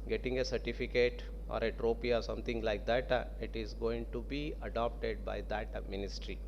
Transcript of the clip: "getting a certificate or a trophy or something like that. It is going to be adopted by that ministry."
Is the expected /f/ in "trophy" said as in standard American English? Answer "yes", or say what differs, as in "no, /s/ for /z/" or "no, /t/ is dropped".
no, /p/ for /f/